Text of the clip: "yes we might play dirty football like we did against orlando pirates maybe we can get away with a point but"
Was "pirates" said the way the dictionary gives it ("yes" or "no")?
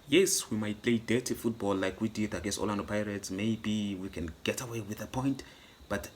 yes